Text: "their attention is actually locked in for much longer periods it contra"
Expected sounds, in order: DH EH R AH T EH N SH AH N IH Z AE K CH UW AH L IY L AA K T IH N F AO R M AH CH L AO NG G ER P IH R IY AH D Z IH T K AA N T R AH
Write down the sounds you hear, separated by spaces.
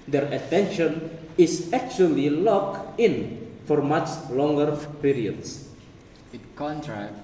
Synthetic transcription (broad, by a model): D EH R AH T EH N SH AH N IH S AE K CH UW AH L IY L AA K IH N F AO R M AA CH L AO NG G ER P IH R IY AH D S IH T K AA N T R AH